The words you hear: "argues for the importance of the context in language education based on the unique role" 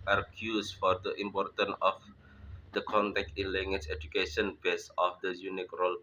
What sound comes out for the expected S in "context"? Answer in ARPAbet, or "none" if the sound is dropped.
none